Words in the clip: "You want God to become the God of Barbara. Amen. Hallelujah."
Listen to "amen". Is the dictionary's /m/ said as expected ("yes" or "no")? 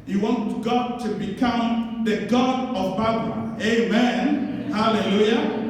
yes